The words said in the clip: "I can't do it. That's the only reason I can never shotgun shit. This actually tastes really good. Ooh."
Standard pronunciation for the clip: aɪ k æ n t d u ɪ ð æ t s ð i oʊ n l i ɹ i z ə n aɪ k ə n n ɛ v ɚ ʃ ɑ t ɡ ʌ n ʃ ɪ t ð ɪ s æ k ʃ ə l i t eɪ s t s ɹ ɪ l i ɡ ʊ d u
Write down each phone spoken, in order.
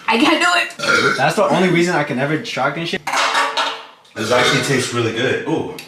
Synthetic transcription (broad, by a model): aɪ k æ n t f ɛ ɪ ð æ t s ð i oʊ n l i ɹ i z ə n aɪ k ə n n ɛ v ɚ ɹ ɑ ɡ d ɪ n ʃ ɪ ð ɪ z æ k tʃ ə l i t eɪ s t ɹ ɪ l i ɡ ʊ d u